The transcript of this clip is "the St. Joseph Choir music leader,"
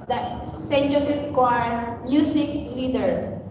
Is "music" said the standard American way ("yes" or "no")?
no